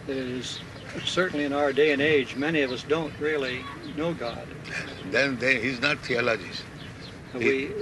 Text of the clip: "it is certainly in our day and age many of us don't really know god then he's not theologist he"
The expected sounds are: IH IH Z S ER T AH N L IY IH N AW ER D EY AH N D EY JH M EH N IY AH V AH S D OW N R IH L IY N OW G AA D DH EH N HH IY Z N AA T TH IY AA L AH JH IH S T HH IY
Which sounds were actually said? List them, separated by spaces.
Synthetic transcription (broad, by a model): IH IH Z S ER T N L IY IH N AW ER D EY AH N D EY JH M EH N IY AH V AH S D OW N R IH L IY N OW G AA D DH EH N HH IY Z N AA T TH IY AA L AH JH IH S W IY